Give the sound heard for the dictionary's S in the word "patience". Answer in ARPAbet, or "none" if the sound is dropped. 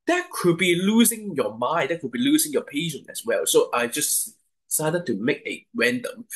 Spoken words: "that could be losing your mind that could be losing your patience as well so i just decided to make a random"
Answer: none